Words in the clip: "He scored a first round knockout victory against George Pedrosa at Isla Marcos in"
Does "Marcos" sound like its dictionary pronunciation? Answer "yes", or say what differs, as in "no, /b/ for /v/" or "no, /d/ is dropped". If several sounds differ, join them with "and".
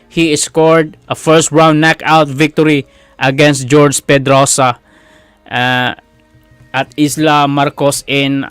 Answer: yes